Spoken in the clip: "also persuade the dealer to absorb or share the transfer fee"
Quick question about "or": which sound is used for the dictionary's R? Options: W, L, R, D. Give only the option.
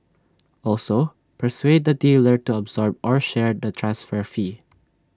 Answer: R